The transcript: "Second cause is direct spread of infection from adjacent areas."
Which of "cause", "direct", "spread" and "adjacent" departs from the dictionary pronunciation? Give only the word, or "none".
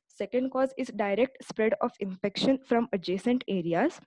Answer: none